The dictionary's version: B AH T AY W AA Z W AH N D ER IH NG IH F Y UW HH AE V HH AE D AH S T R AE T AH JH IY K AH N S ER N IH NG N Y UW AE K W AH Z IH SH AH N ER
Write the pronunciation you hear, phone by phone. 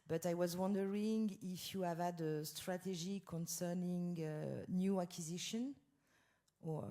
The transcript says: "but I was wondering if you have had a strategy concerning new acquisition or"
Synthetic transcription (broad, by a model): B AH T AY W AA Z W AH N D ER IH NG IH F Y UW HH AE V HH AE D AH S T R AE T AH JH IY K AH N S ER N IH NG N Y UW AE K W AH Z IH SH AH N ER